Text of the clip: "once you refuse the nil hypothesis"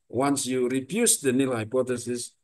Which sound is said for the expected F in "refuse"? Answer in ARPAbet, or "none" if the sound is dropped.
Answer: P